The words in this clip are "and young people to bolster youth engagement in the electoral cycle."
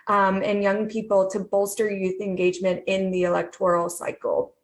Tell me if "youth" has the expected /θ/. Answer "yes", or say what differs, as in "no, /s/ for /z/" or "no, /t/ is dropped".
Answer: yes